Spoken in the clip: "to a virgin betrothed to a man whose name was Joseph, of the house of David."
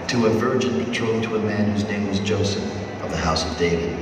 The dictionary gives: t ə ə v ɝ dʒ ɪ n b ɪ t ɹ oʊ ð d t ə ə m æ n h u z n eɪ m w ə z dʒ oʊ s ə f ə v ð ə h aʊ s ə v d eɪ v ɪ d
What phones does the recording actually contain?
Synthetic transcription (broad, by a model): t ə ə v ɝ dʒ ɪ n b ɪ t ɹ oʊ t ə ə m æ n h u z n eɪ m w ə z dʒ oʊ s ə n ə v ð ə h aʊ s ə v d eɪ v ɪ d